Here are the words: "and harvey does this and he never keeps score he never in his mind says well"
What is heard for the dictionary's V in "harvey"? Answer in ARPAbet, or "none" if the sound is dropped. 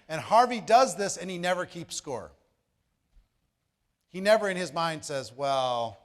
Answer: V